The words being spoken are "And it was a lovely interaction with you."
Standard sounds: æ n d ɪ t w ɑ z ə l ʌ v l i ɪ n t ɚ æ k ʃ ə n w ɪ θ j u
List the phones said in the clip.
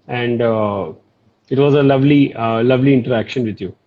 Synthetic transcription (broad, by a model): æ n d ɪ t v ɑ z ə l ʌ v l i ɪ n t ɚ æ k ʃ ə n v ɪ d j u